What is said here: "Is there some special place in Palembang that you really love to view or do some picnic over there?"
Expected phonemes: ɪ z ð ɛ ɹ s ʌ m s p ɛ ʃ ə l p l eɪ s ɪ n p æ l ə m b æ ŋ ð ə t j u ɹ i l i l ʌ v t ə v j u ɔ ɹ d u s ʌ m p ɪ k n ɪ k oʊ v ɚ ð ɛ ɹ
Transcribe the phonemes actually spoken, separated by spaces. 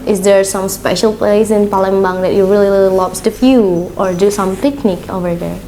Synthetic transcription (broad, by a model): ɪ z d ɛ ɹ s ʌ m s p ɛ ʃ ə l p l eɪ s ɪ n p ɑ l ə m b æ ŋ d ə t j u ɹ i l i l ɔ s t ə f j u ɔ ɹ d u s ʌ m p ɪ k n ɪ k oʊ v ɚ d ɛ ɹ